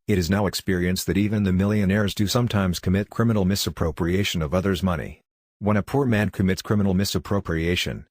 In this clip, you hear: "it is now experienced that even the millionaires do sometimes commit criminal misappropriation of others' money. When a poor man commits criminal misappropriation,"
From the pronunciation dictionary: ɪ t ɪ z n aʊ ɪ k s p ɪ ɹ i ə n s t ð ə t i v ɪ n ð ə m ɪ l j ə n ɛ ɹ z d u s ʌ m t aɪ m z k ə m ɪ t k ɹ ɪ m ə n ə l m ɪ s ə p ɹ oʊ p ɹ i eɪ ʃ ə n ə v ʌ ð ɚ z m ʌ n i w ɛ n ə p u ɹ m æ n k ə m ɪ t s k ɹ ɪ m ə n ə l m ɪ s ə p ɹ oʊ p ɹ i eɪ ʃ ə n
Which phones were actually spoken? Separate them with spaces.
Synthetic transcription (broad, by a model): ɪ t ɪ z n aʊ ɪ k s p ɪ ɹ i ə n s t ð ə t i v ɪ n ð ə m ɪ l j ə n ɛ ɹ z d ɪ s ʌ m t aɪ m z k ə m ɪ t k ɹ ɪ m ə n l m ɪ s ə p ɹ oʊ p ɹ i eɪ ʃ ə n ə v ʌ ð ɚ z m ʌ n i w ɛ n ə p u ɹ m æ n k ə m ɪ t s k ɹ ɪ m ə n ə l m ɪ s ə p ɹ oʊ p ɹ i eɪ ʃ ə n